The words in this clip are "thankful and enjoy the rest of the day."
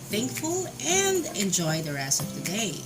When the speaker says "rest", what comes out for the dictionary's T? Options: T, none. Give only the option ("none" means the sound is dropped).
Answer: none